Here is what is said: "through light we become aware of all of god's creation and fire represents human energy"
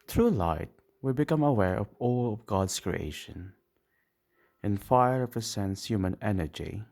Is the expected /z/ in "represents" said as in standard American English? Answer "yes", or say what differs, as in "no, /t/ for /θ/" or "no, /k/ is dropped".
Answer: no, /s/ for /z/